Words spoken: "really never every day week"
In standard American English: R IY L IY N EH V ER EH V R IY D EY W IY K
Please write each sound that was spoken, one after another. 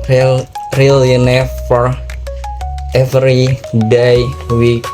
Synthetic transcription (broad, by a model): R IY L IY N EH F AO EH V R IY D EY W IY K